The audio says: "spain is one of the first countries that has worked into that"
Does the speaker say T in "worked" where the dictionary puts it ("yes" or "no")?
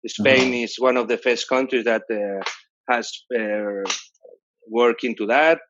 no